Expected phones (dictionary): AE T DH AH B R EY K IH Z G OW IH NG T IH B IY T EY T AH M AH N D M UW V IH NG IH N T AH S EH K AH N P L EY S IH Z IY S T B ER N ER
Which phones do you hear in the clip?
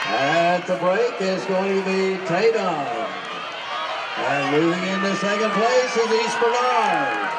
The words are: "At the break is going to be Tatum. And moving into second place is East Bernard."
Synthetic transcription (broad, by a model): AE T DH AH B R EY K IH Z G OW IH NG T IH B IY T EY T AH AH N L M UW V IH NG IH N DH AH S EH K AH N P L EY S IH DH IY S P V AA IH